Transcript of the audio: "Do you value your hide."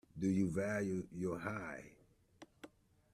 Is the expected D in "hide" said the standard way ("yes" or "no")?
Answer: no